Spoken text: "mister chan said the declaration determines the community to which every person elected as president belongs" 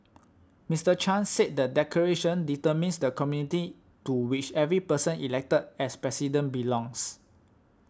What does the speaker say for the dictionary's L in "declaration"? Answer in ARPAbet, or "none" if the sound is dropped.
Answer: none